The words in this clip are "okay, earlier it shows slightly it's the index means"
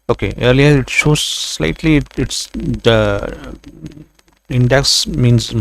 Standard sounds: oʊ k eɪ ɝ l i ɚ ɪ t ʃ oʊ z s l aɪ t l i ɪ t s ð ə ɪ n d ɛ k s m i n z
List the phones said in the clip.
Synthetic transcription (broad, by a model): oʊ k eɪ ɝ l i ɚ ɪ t s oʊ s l aɪ t l i ɪ t s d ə ɪ n d ɛ k s m i n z